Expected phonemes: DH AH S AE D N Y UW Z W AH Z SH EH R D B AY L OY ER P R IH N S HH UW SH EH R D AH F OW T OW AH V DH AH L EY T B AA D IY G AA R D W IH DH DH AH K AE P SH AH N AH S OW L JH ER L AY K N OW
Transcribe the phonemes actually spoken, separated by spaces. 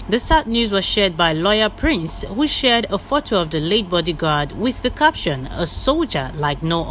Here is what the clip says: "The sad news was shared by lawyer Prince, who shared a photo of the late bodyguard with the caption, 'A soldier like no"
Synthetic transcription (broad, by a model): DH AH S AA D N Y UW Z W AH Z SH EH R D B AY L OY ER P R IH N S HH UW SH EH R D AH F OW T OW AH V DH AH L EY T B AA D IY G AA R D W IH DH DH AH K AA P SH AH N AH S OW L JH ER L AY K N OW